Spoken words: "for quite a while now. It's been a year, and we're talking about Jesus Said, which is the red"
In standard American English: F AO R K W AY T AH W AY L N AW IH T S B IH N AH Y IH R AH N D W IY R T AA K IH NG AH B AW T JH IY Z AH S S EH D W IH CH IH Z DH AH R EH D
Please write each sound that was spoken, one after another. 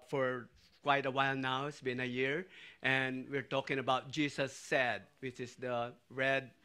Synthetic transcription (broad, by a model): F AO R K W AY T AH W AY L N AW IH T S B IH N AH Y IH R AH N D W IY R T AA K IH NG AH B AW T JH IY S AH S S EH D W IH CH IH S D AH R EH D